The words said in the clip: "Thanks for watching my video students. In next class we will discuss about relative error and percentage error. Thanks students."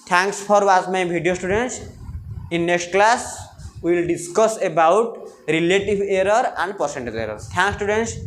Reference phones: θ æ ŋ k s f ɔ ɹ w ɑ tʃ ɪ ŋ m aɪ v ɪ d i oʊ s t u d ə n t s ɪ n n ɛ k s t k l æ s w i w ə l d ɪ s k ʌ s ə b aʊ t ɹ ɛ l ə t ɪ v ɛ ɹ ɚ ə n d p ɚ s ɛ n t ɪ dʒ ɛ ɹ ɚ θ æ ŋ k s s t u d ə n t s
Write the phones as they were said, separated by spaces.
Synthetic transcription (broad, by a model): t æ ŋ k s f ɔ ɹ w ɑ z m aɪ b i d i oʊ s t u d ə n t s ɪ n n ɛ k s t k l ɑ s w i l d ɪ s k ʌ s ə b aʊ t ɹ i l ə t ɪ b ɛ ɹ ɚ ə n d p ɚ s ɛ n t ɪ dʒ ɛ ɹ ɚ t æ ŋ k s s t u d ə n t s